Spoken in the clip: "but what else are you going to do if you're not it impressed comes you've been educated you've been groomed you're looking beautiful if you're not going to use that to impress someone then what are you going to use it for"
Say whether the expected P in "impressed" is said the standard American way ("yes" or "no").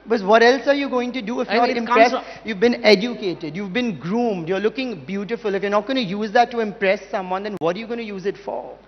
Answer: no